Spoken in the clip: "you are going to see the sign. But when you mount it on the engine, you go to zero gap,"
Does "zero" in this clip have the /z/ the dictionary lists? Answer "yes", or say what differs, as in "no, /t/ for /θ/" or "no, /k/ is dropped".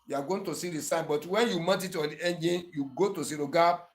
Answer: no, /s/ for /z/